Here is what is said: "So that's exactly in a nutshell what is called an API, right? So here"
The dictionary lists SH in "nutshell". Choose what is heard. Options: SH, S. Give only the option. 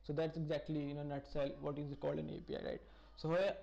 S